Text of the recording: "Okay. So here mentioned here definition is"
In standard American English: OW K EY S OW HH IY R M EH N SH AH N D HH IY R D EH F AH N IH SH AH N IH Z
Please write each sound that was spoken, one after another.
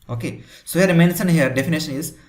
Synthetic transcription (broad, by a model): OW K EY S OW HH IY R M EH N S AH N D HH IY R D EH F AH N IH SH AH N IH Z